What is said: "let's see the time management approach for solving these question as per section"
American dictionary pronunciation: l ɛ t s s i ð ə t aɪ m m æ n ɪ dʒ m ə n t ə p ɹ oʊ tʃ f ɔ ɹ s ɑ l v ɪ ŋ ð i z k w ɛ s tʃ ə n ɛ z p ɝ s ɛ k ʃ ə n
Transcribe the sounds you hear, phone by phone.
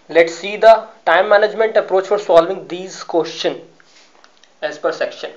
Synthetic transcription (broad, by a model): l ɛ t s s i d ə t aɪ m m æ n ɪ dʒ m ə n t ə p ɹ oʊ tʃ f ɔ ɹ s ɑ l v ɪ ŋ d i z k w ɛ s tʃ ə n ɛ z p ɝ s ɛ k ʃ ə n